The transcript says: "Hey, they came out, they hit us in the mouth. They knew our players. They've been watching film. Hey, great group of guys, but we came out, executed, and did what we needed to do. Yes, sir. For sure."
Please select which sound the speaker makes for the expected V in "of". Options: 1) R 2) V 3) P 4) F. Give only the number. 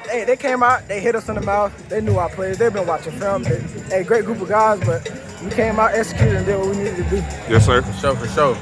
2